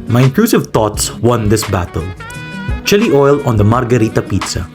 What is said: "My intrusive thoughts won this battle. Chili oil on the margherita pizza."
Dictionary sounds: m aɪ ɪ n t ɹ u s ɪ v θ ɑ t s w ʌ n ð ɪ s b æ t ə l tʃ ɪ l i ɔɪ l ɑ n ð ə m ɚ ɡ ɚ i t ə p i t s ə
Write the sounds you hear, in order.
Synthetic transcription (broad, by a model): m aɪ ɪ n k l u s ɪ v t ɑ t s w ʌ n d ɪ s b æ t ə l tʃ ɪ l i ɔɪ l ɑ n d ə m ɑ ɡ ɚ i t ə p i t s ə